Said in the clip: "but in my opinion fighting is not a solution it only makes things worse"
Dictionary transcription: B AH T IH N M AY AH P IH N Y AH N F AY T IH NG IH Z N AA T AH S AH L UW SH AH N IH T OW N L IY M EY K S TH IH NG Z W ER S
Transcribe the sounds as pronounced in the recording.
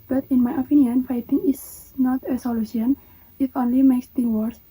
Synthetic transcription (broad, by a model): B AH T IH N M AY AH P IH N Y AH N F AY T IH NG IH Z N AA T AH S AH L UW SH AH N IH T OW N L IY M EY K S T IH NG W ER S